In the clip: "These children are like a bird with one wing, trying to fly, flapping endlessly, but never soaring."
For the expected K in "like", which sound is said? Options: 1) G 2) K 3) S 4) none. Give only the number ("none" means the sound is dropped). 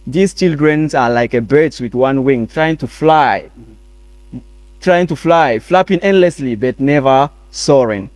2